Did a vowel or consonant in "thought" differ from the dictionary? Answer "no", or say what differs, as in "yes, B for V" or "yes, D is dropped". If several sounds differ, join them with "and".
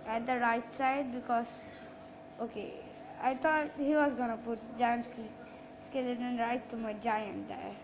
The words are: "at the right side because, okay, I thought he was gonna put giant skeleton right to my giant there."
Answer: yes, T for TH